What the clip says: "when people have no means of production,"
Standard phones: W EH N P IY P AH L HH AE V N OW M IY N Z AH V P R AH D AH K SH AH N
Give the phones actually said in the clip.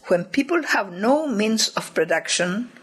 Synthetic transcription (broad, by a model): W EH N P IY P AH L HH AE V N OW M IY N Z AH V P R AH D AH K SH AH N